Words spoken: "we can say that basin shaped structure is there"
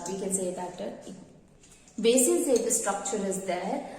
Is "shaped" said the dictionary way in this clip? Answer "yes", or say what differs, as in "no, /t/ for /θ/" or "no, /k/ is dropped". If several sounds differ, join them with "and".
no, /p/ is dropped